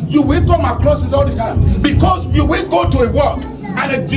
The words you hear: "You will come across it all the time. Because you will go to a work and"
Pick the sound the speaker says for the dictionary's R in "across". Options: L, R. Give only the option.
L